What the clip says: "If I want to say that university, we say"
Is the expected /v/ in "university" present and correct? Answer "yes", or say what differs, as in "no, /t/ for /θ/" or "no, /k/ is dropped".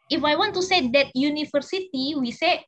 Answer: no, /f/ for /v/